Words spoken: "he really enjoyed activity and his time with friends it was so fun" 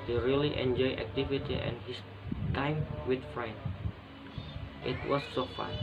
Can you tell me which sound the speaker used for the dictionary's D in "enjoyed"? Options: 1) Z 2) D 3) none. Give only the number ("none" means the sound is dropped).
3